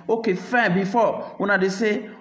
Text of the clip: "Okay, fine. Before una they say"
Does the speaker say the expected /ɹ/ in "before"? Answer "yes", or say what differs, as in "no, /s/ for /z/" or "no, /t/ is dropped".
no, /w/ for /ɹ/